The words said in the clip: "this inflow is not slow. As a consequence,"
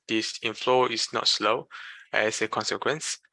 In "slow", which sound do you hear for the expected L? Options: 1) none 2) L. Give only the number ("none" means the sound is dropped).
2